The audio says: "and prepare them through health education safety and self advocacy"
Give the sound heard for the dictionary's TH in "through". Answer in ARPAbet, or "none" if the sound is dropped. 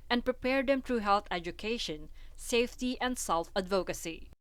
T